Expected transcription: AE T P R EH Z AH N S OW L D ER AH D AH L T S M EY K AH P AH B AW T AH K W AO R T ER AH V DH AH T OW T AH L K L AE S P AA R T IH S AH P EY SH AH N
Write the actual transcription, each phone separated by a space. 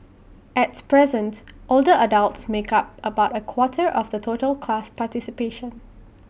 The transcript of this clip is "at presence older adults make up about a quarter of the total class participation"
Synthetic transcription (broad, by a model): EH T P R EH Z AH N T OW L D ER AH D AH L T S M EY K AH P AH B AW T AH K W AO T ER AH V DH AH T OW T AH L K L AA S P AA T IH S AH P EY SH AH N